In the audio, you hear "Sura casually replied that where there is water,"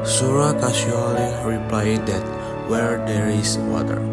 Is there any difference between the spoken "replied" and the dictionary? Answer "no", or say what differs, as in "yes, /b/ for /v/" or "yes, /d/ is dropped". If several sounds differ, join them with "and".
no